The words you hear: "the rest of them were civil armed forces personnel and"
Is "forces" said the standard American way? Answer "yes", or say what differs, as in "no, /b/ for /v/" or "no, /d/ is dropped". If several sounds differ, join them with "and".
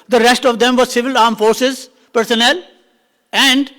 yes